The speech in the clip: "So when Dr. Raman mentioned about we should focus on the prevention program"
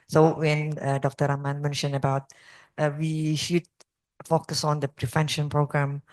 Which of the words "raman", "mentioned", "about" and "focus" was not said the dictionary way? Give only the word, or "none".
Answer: mentioned